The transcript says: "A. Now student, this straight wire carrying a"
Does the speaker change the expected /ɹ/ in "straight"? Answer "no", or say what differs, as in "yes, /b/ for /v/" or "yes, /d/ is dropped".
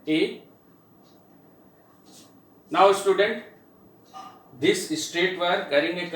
no